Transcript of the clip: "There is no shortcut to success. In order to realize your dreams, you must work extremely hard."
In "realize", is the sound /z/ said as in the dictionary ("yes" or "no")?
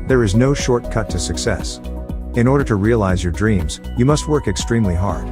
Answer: yes